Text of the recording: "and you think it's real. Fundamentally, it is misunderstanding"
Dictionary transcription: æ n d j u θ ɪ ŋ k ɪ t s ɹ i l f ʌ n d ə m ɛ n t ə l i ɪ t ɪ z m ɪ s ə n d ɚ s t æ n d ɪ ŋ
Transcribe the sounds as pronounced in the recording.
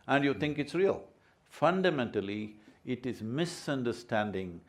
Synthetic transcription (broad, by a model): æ n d j u t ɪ ŋ k ɪ t s ɹ i l f ʌ n d ə m ɛ n t ə l i ɪ t ɪ z m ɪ s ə n d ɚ s t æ n d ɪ ŋ